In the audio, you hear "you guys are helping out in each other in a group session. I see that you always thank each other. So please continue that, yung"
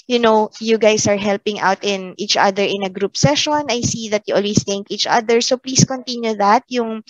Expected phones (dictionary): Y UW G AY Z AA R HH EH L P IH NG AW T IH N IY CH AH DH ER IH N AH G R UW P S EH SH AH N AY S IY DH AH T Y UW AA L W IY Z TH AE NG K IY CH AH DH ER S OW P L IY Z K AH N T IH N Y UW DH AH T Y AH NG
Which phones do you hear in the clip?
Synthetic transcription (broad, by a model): Y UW G AY S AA R HH EH L P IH NG AW T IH N IY CH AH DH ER IH N AH G R UW P S EH SH AH N AY S IY DH AH T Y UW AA L W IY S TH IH NG K IY CH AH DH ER S OW P L IY S K AH N T IH N Y UW DH AH T Y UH NG